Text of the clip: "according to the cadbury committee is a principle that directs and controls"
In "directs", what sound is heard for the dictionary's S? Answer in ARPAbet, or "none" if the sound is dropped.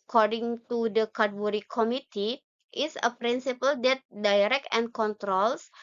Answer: none